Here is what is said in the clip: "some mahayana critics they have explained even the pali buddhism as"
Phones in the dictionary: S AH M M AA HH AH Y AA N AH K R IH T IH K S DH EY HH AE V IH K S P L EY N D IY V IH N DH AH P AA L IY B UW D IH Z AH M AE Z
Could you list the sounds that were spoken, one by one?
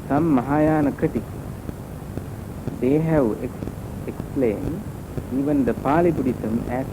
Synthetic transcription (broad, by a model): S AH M M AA HH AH Y AA N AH K AH T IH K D EY HH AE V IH K S P L EY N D IY V IH N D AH P AA L IY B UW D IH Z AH M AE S